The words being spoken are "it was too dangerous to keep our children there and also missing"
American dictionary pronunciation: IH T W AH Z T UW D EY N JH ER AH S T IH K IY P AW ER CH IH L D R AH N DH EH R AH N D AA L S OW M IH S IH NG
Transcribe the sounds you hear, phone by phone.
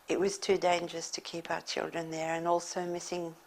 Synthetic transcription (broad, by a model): IH T W AH Z T UW D EY N JH ER AH S T IH K IY P AW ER CH IH L D R AH N DH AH R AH N AA L S OW M IH S IH NG